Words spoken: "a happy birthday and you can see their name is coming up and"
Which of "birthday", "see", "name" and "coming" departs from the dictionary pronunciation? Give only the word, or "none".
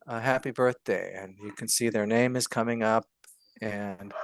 none